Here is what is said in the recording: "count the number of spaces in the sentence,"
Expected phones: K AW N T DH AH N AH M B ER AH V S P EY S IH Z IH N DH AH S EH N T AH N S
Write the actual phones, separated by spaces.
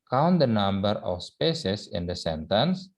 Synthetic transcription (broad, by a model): K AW N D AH N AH M B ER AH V S P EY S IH S IH N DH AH S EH N T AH N S